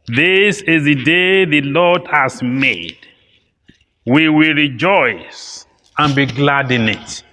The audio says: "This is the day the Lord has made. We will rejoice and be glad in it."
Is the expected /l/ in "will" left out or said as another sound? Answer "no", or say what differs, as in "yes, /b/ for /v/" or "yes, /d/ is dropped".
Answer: no